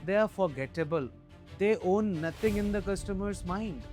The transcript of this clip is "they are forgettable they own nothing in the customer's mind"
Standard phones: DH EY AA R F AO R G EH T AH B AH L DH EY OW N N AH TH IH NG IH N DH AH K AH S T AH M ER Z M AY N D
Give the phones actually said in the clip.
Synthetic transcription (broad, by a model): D EY AA R F AO R G EH T AH B AH L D EY OW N N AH T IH NG IH N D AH K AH S T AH M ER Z M AY N D